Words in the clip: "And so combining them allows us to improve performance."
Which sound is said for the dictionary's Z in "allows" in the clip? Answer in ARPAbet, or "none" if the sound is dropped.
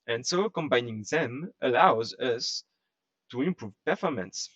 Z